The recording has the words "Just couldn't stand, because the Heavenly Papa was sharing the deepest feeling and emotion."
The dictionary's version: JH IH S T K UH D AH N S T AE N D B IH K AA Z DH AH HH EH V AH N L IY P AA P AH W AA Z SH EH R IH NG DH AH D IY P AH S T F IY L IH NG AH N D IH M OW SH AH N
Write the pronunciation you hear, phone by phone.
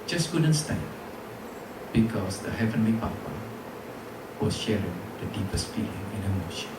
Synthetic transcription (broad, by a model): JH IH S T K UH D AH N S T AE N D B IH K AA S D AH HH EH V AH N L IY P AA P AH W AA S SH EH R IH NG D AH D IY P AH S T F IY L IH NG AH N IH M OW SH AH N